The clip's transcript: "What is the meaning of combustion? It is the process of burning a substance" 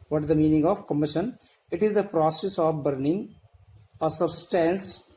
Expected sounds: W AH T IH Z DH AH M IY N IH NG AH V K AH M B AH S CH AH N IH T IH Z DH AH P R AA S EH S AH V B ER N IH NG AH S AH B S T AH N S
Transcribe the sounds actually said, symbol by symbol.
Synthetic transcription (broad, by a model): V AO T IH Z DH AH M IY N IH NG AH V K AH M IH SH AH N IH T IH Z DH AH P R AA S EH S AH V B ER N IH NG AH S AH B S T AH N S